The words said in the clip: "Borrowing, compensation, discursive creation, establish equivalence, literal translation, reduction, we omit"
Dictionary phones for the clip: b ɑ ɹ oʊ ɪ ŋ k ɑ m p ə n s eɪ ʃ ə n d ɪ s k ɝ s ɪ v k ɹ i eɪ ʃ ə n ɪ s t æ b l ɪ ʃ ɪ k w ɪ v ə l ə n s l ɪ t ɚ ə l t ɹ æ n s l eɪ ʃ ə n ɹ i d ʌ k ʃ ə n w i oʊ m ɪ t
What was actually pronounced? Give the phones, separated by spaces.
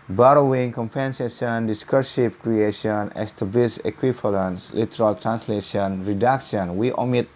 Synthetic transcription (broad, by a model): b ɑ ɹ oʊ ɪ ŋ k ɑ m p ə n s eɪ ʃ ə n d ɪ s k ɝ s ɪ p k ɹ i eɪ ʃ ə n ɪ s t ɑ b l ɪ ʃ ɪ k w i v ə l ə n s l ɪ t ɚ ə l t ɹ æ n s l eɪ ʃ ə n ɹ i d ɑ k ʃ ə n w i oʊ m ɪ t